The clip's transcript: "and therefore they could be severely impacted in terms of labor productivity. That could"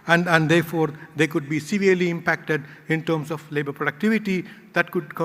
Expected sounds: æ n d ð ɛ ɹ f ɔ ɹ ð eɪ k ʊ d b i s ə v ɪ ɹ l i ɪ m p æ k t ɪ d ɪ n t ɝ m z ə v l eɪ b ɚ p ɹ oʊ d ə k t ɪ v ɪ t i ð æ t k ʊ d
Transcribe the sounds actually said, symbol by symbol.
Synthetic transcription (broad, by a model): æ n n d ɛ ɹ f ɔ ɹ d eɪ k ʊ d b i s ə v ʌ ɹ l i ɪ m p æ k t ɪ d ɪ n t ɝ m s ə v l eɪ b ɚ p ɹ oʊ d ə k t ɪ v ɪ t i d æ t k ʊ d